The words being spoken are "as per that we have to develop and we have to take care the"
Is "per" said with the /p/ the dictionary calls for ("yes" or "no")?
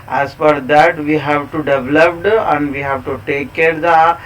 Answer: no